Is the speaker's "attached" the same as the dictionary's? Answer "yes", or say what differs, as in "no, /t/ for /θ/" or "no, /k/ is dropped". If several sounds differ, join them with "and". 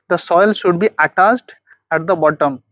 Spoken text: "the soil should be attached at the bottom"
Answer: no, /s/ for /tʃ/